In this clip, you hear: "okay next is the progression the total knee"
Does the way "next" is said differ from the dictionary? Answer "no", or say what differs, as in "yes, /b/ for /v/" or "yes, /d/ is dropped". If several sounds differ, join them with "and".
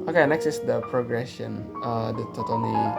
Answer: no